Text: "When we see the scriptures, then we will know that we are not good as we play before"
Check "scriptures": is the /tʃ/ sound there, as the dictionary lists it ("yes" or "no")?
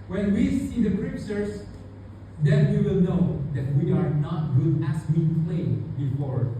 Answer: no